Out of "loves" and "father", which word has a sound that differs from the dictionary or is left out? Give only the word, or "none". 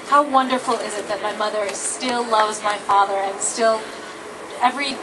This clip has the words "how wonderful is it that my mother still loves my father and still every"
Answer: none